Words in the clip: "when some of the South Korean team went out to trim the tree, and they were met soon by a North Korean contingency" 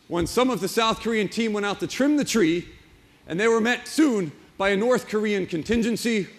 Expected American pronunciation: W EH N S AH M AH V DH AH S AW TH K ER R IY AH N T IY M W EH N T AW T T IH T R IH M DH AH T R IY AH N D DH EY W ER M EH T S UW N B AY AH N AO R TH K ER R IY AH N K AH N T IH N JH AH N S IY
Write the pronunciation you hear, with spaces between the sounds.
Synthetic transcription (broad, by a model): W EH N S AH M AH V DH AH S AW TH K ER R IY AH N T IY M W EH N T AW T T IH T R IH M DH AH T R IY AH N DH EY W ER M EH T S UW N B AY AH N AO R TH K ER R IY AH N K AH N T IH N JH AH N S IY